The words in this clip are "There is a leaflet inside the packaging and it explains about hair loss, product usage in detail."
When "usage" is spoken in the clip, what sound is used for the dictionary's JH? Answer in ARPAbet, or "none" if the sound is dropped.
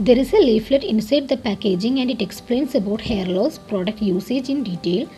JH